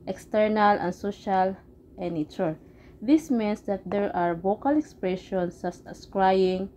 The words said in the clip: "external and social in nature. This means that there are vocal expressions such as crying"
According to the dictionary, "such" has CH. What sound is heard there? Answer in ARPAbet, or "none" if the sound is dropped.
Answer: S